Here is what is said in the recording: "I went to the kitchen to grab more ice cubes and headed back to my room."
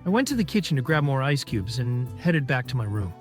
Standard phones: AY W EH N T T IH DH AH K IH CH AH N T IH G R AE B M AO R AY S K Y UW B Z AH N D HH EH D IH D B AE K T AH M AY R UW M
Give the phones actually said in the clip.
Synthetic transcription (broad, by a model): AY W EH N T T IH DH AH K IH CH N T IH G R AE B M AO R AY S K Y UW B Z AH N HH EH D IH D B AE K T AH M AY R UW M